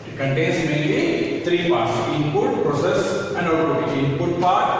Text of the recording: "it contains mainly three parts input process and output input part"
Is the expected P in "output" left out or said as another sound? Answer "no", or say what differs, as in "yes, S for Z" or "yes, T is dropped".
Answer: yes, P is dropped